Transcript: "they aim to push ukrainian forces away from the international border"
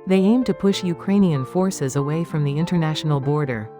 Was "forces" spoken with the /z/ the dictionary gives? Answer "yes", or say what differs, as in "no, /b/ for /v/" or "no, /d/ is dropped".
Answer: yes